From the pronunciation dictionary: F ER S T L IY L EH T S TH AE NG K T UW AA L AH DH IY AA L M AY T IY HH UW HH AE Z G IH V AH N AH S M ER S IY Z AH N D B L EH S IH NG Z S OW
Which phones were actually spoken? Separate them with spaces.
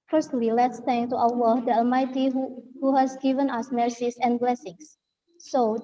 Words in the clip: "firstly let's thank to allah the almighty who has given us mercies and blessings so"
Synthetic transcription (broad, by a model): F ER S T L IY L EH T S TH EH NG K T UW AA W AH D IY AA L M AY T IY HH UW HH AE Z G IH V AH N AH S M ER S IY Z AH N B L EH S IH NG S OW